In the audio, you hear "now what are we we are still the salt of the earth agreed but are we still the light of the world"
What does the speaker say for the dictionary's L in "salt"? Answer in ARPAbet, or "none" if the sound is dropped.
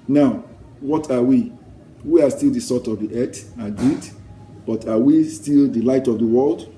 none